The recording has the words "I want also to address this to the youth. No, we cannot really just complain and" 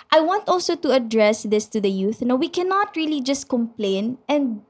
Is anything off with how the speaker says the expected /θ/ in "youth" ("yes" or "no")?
no